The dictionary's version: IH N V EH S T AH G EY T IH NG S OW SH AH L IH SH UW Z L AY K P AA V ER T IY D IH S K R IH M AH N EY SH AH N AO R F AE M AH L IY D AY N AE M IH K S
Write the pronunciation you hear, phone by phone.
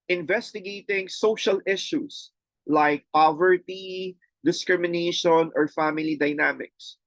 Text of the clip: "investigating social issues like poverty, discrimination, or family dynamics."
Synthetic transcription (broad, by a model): IH N V EH S T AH G EY T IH NG S OW SH AH L IH SH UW S L AY K P AA V ER T IY D IH S K R IH M AH N EY SH AH N AO R F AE M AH L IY D AY N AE M IH K S